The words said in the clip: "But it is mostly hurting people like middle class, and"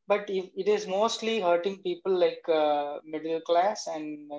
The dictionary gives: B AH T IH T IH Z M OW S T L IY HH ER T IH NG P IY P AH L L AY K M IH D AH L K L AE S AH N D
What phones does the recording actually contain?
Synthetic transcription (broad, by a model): B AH T IH T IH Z M OW S T L IY HH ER T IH NG P IY P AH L L AY K M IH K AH L K L AE S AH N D